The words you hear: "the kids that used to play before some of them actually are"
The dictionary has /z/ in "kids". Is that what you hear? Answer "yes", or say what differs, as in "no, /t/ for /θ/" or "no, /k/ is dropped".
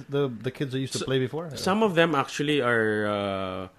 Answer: yes